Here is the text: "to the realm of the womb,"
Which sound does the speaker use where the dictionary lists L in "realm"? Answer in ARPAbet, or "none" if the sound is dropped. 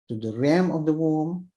none